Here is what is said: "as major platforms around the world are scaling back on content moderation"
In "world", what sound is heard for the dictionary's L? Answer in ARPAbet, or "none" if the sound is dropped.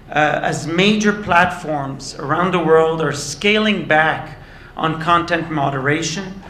L